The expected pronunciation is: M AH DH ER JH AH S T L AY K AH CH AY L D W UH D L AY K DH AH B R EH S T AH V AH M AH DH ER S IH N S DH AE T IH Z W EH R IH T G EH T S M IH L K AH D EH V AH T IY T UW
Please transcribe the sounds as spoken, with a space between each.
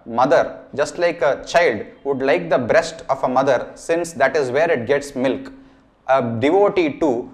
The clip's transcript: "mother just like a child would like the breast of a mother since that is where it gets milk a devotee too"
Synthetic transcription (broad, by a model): M AH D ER JH AH S T L AY K AH CH AY L D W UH D L AY K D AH B R EH S T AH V AH M AH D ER S IH N S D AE T IH Z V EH R IH T G EH T S M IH L K AH D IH V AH T IY T UW